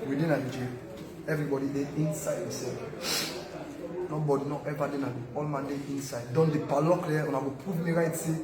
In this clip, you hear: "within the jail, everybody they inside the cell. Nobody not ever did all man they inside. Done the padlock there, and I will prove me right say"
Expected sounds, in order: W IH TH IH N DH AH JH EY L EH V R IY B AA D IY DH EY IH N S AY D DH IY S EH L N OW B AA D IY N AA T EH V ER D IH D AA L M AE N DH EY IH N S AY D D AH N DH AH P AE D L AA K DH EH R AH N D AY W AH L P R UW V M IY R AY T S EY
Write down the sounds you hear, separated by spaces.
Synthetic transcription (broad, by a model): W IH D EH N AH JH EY EH V R IY B AA D IY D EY IH N S AY D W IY S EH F N OW B AA D IY N AA T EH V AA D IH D AA L M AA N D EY IH N S AY D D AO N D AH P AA L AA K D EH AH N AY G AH P UW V M IY R AY T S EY